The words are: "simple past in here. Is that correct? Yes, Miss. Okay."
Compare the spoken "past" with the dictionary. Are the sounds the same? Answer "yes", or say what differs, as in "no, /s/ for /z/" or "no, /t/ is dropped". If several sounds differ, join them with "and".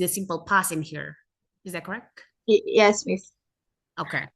no, /t/ is dropped